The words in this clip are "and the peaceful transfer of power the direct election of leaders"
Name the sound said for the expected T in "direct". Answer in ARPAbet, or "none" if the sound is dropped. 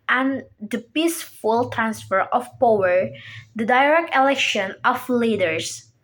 T